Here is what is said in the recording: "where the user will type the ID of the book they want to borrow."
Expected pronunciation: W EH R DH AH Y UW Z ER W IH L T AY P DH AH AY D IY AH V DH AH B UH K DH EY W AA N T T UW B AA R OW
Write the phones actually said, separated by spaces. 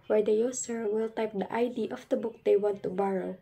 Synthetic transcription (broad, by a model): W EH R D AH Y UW S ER W IH L T AY P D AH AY D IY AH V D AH B UH K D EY W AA N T T UW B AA R OW